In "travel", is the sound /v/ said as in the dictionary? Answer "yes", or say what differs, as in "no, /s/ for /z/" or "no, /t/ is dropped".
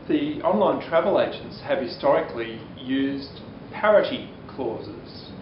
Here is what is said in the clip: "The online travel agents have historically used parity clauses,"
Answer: yes